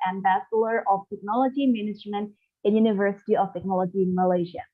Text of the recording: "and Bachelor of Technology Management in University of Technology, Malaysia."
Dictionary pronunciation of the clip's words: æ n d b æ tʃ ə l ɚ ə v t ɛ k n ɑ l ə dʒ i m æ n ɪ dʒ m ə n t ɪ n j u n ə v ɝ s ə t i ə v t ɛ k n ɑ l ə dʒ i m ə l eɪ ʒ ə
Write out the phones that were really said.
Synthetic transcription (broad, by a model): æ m b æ s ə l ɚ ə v t ɛ k n ɑ l ə dʒ i m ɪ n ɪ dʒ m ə n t ɪ n j u n ə v ɝ s ə t i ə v t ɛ k n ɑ l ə dʒ i m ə l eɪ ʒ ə